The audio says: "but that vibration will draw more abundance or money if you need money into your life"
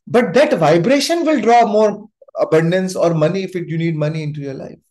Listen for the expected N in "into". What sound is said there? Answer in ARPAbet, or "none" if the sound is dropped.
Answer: N